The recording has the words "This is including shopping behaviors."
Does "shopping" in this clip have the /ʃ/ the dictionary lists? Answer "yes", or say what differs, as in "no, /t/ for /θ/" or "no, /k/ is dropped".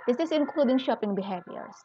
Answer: yes